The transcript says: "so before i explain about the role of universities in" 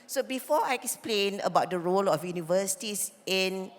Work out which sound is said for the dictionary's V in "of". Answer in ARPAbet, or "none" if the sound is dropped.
F